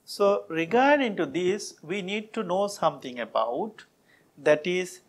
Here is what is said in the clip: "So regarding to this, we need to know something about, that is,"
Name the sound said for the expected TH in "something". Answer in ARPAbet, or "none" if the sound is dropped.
T